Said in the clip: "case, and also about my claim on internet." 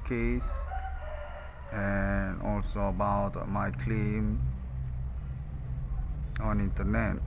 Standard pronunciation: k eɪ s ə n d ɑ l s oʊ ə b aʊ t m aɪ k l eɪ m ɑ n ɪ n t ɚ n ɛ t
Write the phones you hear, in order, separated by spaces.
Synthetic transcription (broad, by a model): k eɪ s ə n ɑ l s oʊ ə b aʊ t m aɪ k l eɪ m ɑ n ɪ n t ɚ n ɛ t